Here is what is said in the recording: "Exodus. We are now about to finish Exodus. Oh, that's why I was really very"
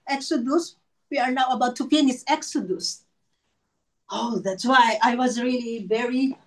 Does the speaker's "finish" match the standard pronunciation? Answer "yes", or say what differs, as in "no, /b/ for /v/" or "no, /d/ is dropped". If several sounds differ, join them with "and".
no, /p/ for /f/ and /s/ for /ʃ/